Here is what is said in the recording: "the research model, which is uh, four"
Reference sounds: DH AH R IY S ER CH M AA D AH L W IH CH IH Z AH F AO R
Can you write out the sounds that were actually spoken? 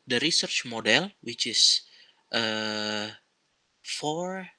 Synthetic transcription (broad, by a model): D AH R IY S ER CH M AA D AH L W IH CH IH S AH F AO R